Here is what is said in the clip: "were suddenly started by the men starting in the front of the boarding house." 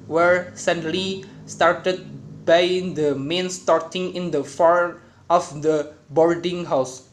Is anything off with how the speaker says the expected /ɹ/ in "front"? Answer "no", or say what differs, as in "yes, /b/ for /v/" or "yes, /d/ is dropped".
yes, /ɹ/ is dropped